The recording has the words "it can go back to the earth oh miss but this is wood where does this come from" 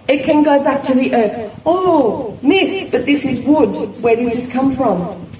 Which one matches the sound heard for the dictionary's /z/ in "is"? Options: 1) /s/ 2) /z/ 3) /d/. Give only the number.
2